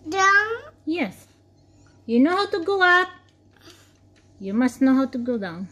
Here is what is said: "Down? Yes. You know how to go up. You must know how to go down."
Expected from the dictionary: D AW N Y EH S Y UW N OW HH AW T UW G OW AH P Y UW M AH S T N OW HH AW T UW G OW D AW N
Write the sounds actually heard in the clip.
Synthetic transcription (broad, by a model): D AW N Y EH S Y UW N OW HH AW T UW G OW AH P Y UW M AH S T N OW HH AW T UW G OW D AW N